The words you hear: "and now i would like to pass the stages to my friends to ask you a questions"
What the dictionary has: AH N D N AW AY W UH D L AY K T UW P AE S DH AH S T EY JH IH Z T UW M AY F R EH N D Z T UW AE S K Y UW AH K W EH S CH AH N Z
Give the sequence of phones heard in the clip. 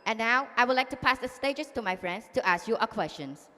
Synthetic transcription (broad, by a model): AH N N AW AY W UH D L AY K T UW P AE S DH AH S T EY JH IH S T UW M AY F R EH N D S T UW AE S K Y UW AH K W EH S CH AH N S